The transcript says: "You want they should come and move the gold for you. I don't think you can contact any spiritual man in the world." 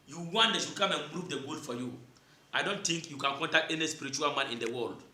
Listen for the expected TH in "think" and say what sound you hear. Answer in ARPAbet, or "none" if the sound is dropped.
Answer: T